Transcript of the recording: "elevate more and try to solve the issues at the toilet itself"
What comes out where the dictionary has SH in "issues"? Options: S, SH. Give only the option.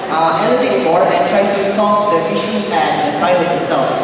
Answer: SH